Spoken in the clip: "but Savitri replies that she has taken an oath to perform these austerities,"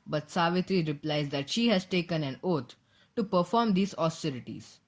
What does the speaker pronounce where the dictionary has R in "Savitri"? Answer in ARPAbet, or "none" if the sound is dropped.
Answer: R